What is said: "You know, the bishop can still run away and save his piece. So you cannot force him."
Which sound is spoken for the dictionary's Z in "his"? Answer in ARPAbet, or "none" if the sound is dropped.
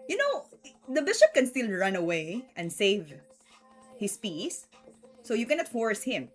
S